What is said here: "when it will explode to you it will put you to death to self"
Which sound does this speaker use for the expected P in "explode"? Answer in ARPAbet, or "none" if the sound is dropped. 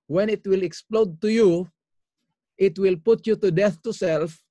P